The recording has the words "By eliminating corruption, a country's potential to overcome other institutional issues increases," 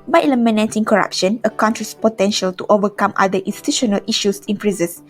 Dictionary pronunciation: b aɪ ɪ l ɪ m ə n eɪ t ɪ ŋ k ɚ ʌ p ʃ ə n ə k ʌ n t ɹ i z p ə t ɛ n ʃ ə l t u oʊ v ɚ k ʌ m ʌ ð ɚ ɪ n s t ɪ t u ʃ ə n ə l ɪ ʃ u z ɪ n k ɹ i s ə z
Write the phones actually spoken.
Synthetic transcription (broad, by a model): b aɪ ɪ l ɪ m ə n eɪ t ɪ ŋ k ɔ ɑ p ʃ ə n ə k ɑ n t ɹ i s p ə t ɛ n ʃ ə l t u oʊ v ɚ k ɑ m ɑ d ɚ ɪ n s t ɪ t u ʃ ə n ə l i ʃ u s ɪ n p ɹ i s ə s